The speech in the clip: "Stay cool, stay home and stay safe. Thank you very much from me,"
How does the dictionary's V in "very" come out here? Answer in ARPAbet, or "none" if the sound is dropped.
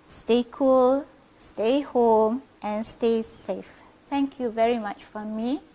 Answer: V